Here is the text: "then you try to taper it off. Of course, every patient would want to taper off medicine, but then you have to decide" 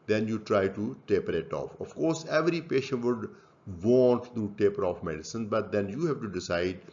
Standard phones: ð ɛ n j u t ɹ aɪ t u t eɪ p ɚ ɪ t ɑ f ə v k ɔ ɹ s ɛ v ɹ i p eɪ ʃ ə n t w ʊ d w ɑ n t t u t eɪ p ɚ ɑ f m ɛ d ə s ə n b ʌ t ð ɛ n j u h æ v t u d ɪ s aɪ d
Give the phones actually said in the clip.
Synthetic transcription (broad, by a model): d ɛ n j u t ɹ aɪ t u t eɪ p ɚ ɪ t ɑ f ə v k ɔ ɹ s ɛ v ɹ i p eɪ ʃ ə n t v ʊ d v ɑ n t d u t eɪ p ɚ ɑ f m ɛ d ə s ə n b ʌ t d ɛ n j u h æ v t u d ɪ s aɪ d